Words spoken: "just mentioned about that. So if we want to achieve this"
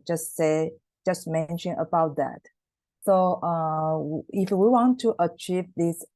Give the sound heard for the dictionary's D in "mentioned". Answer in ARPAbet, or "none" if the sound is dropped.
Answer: none